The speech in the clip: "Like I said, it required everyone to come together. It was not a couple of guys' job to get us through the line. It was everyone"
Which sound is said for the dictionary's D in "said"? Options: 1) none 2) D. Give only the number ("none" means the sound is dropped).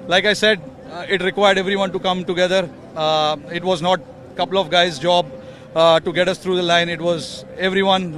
2